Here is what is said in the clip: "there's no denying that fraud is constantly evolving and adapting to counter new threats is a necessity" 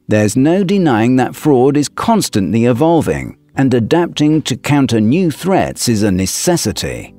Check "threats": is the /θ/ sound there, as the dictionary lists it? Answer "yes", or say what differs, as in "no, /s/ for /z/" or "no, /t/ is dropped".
yes